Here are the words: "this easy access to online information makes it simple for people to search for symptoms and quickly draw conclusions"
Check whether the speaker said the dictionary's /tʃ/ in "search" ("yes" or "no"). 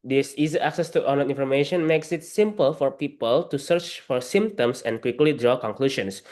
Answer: yes